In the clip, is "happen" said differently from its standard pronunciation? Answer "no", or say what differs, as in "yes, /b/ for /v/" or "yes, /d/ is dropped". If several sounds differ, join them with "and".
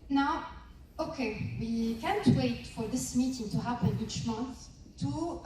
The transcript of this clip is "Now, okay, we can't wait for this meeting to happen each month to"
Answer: no